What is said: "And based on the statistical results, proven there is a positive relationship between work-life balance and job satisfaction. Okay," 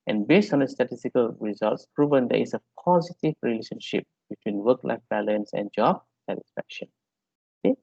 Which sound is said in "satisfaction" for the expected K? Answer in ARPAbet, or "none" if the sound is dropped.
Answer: K